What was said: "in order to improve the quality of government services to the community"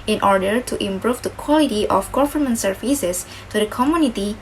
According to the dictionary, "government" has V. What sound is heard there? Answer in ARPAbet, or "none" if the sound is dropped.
F